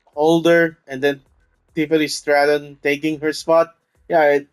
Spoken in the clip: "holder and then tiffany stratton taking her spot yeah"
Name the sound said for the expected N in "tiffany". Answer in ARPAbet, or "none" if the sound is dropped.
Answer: L